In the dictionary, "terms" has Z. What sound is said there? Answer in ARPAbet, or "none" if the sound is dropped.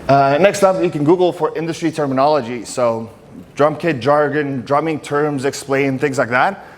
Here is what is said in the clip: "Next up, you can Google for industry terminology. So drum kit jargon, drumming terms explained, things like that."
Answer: Z